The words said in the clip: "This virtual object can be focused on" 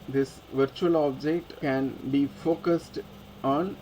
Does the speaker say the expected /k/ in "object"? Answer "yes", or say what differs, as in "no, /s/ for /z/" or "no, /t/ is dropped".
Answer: yes